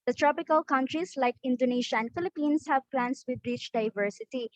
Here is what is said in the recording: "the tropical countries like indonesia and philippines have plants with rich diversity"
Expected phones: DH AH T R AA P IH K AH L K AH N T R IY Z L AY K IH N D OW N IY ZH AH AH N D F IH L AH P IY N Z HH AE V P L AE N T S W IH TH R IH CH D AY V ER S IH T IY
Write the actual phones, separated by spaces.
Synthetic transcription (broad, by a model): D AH T R AA P IH K AH L K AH N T R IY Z L AY K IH N D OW N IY SH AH AH N D F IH L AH P IY N S HH AE V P L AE N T S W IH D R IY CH D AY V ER S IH T IY